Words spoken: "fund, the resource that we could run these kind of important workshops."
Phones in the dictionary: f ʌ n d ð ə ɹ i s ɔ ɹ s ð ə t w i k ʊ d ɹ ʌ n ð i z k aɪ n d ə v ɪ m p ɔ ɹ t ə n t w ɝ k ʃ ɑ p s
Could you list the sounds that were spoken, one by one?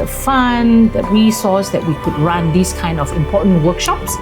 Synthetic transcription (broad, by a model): f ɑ n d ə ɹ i s ɔ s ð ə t w i k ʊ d ɹ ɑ n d i s k aɪ n d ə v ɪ m p ɔ t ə n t w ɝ k ʃ ɑ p s